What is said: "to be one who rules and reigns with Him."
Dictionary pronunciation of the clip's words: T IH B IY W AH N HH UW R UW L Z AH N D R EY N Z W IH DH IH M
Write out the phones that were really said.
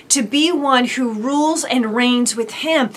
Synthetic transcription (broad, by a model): T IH B IY W AH N HH UW R UW L Z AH N R EY N Z W IH DH IH M